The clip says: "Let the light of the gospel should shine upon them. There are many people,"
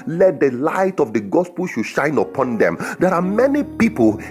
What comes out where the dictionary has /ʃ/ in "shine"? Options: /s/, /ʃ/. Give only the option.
/ʃ/